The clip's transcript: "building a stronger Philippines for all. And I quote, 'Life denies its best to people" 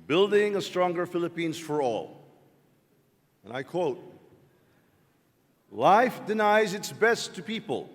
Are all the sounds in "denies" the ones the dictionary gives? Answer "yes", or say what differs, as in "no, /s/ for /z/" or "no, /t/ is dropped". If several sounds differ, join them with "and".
yes